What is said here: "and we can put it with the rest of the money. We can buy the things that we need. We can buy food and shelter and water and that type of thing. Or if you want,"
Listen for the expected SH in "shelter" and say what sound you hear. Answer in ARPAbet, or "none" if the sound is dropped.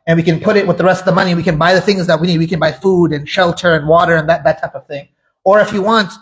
SH